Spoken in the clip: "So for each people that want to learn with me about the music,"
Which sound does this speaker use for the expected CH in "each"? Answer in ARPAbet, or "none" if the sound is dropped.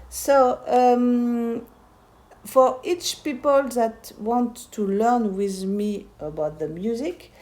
CH